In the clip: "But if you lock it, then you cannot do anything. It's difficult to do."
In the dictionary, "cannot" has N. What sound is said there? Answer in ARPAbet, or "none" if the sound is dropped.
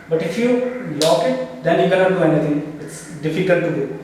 L